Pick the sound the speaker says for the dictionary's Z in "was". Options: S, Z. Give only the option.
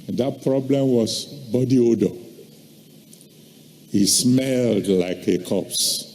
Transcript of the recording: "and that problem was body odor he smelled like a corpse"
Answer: S